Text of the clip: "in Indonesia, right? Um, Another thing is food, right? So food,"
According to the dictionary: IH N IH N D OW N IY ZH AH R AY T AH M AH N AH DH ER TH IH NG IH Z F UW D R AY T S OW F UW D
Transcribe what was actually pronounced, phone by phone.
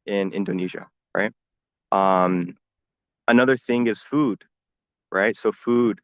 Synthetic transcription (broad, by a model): IH N IH N D OW N IY ZH AH R AY T AH M AH N AH DH ER TH IH NG IH Z F UW D R AY T S OW F UW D